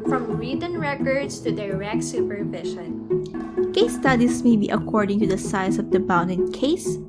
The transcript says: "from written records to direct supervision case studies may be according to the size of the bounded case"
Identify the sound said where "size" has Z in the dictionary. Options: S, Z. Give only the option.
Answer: S